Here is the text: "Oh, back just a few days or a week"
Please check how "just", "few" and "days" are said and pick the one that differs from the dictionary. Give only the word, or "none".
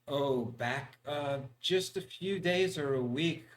none